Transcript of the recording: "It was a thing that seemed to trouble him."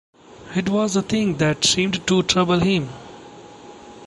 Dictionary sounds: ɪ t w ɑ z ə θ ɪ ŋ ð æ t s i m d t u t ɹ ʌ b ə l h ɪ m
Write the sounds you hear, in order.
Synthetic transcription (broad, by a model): ɪ t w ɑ z ə t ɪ ŋ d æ t s i m d t u t ɹ ʌ b ə l h ɪ m